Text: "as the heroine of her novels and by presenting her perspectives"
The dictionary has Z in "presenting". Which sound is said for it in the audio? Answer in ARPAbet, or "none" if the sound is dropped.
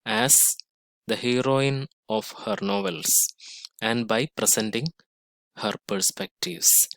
S